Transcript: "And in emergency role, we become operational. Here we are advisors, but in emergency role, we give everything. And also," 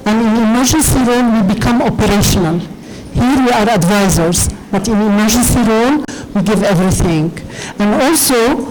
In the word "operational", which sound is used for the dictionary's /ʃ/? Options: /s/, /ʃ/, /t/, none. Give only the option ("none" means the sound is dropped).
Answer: /ʃ/